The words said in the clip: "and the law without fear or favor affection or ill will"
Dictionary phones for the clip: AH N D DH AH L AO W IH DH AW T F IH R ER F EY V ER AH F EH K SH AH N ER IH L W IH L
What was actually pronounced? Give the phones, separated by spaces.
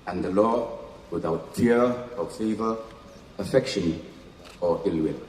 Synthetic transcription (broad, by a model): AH N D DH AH L AO W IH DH AW T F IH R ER F EY V ER AH F EH K SH AH N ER IH L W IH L